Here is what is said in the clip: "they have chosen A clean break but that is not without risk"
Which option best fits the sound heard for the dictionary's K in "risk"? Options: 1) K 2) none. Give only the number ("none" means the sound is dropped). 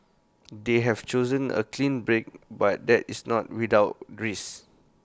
2